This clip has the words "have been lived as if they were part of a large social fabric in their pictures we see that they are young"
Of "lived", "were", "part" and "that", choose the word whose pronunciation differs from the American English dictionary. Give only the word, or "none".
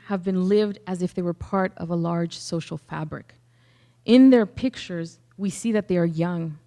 none